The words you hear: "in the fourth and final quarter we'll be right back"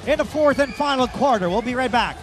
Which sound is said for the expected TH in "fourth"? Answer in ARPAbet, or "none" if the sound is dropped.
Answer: TH